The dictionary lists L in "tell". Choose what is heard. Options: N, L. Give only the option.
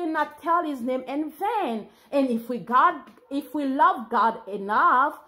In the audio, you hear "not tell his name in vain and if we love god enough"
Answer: L